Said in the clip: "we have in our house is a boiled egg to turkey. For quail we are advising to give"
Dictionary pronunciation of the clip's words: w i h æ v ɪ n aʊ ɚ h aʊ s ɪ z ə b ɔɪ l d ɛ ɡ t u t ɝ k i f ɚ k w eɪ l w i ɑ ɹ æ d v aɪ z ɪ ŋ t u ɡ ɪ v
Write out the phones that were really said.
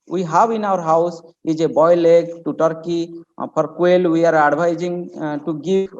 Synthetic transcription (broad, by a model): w i h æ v ɪ n aʊ ɚ h aʊ s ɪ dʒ ə b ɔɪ l ɛ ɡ t u t ɝ k i p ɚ k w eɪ l w i ɑ ɹ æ d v aɪ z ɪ ŋ t u ɡ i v